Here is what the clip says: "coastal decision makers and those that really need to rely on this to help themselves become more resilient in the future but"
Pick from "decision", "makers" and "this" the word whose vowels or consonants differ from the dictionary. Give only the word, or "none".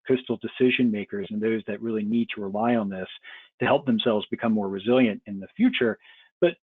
none